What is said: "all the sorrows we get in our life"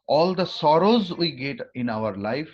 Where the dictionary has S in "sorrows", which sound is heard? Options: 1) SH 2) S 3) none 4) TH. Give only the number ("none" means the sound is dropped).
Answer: 2